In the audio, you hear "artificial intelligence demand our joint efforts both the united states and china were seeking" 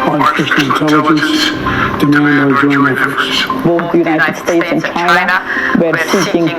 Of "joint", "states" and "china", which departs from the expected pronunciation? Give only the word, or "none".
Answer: joint